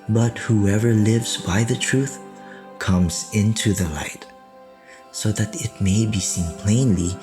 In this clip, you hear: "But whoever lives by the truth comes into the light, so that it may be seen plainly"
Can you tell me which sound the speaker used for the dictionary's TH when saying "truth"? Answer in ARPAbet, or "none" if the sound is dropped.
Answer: TH